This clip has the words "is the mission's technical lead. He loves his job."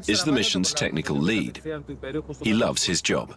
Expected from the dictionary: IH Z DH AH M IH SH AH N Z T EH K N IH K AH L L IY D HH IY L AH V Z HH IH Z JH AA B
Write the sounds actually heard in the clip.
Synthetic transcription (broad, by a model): IH Z DH AH M IH SH AH N Z T EH K N IH K AH L L IY D HH IY L AH V Z HH IH Z JH AA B